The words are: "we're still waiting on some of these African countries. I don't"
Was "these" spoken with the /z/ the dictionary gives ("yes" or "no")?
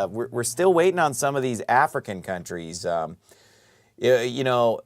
yes